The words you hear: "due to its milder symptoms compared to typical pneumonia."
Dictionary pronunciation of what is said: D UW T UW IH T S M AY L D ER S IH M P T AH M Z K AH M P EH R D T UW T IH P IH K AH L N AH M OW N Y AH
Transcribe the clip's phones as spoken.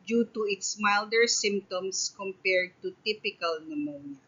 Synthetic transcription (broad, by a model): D UW T UW IH T S M AY L D ER S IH M P T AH M S K AH M P EH R D T UW T IH P IH K AH L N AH M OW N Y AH